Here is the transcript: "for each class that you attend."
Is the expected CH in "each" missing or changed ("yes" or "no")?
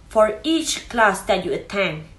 no